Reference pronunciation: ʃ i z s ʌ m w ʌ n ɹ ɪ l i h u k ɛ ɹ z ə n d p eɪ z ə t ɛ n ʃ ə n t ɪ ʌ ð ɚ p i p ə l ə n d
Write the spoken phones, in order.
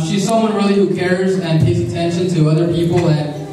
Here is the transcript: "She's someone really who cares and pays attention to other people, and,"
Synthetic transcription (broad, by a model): ʃ i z s ʌ m w ʌ n ɹ ɪ l i h u k ɛ ɹ z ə n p eɪ s ə t ɛ n ʃ ə n t ɪ ʌ ð ɚ p i p l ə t